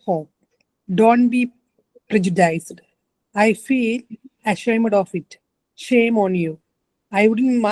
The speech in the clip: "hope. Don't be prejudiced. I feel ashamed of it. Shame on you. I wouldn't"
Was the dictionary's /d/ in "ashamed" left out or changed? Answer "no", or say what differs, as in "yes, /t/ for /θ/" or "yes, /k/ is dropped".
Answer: no